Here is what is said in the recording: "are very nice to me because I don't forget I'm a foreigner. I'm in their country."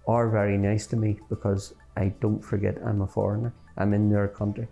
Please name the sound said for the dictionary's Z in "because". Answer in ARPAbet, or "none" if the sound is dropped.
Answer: Z